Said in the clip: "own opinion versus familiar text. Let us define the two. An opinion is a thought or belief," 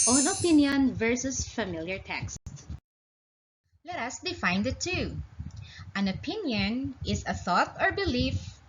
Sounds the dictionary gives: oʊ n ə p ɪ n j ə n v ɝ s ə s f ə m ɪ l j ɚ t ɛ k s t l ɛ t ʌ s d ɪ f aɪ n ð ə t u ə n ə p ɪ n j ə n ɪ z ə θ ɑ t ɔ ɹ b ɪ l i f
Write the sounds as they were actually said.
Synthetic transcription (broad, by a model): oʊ n ə p ɪ n j ə n v ɝ s ə s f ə m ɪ l j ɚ t ɛ k s t l ɛ t ʌ s d ɪ f aɪ n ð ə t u ə n ə p ɪ n j ə n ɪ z ə θ ɑ t ɔ ɹ b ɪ l i f